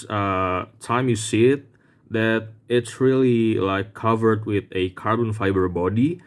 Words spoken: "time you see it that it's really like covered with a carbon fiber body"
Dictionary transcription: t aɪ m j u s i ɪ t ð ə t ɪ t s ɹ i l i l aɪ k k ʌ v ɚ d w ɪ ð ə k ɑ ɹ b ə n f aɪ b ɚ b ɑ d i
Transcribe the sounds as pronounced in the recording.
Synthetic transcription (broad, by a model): t aɪ m j u s i ɪ t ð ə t ɪ t s ɹ i l i l aɪ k k ʌ v ɚ d w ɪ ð ə k ɑ ɹ b ə n f aɪ b ɚ b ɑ d i